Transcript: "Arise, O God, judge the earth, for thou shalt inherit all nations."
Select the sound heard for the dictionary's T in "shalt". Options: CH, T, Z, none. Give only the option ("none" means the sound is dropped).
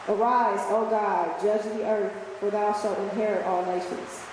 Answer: T